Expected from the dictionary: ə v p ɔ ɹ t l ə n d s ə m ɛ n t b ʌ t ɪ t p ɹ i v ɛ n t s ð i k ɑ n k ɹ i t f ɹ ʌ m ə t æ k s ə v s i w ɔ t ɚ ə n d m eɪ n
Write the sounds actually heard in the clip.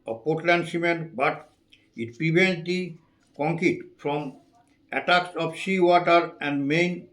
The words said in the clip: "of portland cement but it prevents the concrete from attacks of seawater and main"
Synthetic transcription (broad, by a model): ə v p ɔ ɹ t l ə n d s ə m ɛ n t b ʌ t ɪ t p ɹ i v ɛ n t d i k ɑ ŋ k i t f ɹ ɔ m ə t æ k s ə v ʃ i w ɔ t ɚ ə n d m eɪ n